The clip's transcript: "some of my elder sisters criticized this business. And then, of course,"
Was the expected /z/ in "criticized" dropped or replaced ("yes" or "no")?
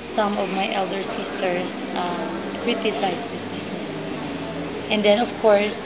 yes